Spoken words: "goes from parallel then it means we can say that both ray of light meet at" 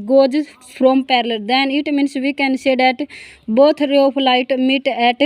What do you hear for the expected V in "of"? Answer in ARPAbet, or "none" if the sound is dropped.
P